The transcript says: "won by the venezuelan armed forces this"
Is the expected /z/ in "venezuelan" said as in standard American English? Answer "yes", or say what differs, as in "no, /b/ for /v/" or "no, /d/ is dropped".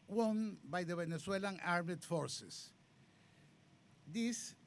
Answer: no, /s/ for /z/